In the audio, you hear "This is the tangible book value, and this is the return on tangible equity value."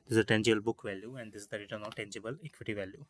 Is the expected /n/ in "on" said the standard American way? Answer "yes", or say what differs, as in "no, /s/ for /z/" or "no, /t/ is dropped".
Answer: no, /l/ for /n/